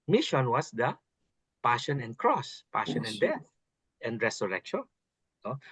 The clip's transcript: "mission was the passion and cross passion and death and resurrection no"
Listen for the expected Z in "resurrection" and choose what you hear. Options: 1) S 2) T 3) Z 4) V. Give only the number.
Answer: 1